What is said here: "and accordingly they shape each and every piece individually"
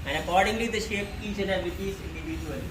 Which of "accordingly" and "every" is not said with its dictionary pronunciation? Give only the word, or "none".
every